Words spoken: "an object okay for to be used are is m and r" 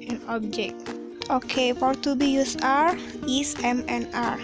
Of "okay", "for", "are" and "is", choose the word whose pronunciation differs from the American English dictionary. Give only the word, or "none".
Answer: is